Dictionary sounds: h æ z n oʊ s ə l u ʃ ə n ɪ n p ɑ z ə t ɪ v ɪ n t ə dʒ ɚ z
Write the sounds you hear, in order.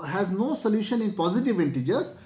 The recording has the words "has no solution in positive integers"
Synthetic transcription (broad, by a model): h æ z n oʊ s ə l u ʃ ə n ɪ n p ɑ z ə t ɪ v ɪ n t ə dʒ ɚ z